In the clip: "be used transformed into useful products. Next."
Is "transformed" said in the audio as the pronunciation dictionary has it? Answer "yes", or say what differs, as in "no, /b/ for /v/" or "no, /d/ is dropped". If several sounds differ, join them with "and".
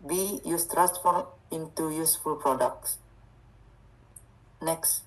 no, /d/ is dropped